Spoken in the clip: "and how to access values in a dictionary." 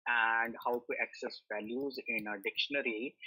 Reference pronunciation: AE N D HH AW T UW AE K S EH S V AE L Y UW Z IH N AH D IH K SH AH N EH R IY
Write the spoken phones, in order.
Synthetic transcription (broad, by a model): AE N D HH AW T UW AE K S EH S V AE L Y UW Z IH N AH D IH K SH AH N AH R IY